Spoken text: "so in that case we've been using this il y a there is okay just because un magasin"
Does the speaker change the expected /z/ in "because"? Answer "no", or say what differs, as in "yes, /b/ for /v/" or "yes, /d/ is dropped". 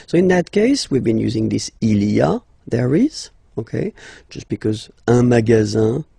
no